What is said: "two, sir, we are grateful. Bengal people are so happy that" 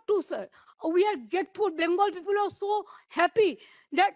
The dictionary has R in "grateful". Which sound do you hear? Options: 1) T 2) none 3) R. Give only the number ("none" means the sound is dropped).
2